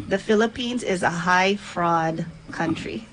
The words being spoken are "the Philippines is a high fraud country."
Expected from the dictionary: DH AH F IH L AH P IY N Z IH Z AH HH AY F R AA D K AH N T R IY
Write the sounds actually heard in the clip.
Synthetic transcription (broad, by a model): DH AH F IH L AH P IY N Z IH Z AH HH AY F R AA D K AH N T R IY